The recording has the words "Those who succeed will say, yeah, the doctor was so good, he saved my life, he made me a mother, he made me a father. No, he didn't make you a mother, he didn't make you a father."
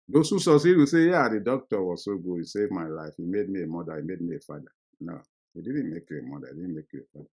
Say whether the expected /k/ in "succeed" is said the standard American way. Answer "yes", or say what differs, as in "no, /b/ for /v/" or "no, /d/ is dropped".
no, /k/ is dropped